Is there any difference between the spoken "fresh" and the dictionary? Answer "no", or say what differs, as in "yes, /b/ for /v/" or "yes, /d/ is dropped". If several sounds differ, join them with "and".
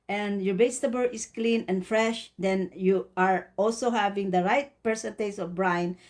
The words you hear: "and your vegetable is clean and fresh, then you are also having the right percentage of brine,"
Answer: no